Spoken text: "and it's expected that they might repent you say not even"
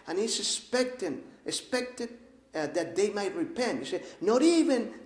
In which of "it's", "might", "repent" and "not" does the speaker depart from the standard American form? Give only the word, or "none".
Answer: it's